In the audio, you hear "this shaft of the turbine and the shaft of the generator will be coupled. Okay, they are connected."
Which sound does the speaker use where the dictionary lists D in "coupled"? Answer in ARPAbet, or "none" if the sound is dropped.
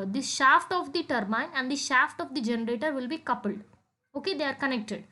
D